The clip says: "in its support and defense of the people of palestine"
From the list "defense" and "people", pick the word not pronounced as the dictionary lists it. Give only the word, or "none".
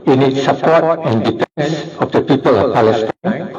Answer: defense